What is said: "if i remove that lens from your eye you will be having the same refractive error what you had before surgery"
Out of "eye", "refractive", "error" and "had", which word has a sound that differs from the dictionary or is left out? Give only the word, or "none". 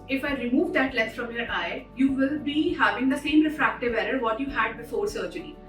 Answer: none